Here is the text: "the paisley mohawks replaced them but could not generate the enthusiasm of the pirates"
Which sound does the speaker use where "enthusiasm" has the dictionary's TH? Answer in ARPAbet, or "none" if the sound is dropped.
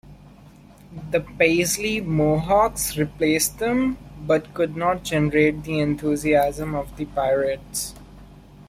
T